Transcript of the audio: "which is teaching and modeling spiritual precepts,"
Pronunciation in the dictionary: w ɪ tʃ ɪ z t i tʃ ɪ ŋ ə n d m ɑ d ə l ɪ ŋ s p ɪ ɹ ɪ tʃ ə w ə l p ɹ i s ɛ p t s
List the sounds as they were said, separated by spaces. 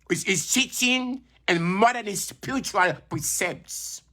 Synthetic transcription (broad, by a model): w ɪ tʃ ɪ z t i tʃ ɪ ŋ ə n m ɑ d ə n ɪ s p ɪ ɹ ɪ tʃ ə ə l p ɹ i s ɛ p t s